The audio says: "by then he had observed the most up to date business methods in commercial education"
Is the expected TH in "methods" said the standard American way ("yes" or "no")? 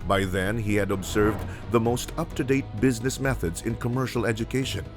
yes